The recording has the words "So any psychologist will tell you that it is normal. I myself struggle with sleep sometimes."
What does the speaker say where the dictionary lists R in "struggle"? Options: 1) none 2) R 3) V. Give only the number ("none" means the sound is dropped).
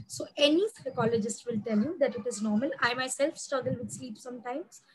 1